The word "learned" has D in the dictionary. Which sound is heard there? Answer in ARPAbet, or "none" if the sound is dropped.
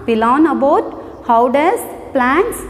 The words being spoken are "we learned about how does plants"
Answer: none